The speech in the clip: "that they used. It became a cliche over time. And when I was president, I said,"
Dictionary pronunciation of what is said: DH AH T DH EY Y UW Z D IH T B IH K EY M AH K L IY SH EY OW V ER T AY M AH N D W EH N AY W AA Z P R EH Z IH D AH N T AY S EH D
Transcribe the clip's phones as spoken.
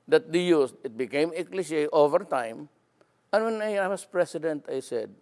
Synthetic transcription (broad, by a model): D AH T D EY Y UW S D IH T B IH K EY M AH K L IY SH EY OW V ER T AY M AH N W EH N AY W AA S P R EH S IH D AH N T AY S EH D